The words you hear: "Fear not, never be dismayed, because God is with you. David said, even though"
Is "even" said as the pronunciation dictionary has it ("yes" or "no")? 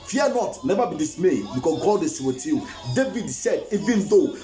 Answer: yes